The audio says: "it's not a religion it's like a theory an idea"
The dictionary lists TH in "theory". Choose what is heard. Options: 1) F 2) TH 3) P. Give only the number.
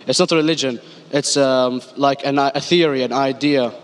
2